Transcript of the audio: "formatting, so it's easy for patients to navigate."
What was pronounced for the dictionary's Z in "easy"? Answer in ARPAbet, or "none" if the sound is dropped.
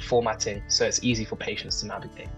Z